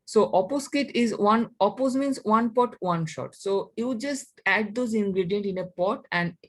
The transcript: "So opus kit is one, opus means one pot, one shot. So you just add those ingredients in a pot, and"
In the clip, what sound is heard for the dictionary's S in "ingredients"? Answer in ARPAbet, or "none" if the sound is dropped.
none